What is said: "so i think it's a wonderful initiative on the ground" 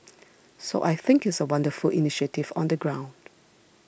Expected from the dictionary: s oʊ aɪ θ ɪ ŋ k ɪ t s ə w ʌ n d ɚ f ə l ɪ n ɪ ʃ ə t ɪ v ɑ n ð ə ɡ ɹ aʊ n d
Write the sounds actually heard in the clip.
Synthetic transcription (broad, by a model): s oʊ aɪ θ ɪ ŋ k ɪ t s ə w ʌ n d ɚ f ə l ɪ n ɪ ʃ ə t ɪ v ɑ n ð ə ɡ ɹ aʊ n d